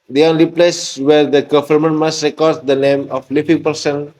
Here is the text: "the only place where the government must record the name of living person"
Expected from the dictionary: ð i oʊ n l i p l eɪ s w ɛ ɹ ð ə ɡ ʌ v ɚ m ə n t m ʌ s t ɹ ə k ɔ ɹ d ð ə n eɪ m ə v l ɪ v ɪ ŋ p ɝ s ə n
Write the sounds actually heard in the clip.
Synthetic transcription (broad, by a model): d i oʊ n l i p l eɪ s w ɛ ɹ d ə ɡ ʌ f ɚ m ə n m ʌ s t ɹ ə k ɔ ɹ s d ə n eɪ m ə f l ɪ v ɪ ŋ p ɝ s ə n